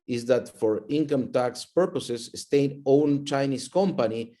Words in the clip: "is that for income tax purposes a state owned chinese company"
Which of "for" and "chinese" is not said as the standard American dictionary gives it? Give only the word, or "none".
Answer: chinese